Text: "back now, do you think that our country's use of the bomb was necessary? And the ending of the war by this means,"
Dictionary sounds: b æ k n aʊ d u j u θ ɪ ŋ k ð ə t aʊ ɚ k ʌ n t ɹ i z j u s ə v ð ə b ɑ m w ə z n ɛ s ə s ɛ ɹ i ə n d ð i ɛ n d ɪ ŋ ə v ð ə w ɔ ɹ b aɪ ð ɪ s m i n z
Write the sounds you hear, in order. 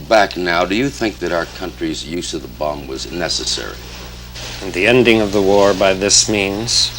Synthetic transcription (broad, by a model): b æ k n aʊ d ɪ j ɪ θ ɪ ŋ k ð ə t aʊ ɚ k ʌ n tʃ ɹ i z j u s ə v ð ə b ɑ m w ə z n ɛ s ə s ɛ ɹ i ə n ð i ɛ n d ɪ ŋ ə v ð ə w ɔ ɹ b aɪ ð ɪ s m i n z